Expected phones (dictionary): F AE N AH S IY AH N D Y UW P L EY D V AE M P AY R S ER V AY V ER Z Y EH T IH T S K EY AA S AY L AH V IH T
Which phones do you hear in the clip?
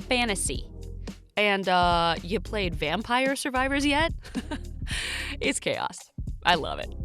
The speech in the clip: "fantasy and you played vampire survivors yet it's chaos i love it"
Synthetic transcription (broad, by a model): F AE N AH S IY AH N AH Y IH P L EY D V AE M P AY R S ER V AY V ER Z Y EH T IH T S K EY AA S AY L AH V IH T